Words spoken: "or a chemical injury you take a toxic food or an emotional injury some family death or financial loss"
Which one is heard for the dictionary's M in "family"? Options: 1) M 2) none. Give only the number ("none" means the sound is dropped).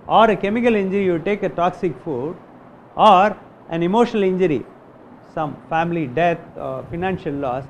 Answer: 1